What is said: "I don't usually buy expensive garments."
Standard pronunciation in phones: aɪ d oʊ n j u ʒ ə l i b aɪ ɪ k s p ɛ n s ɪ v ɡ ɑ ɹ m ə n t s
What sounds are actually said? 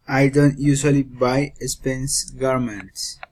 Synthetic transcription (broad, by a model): aɪ d oʊ n j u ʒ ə l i b aɪ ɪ s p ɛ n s ɡ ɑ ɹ m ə n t s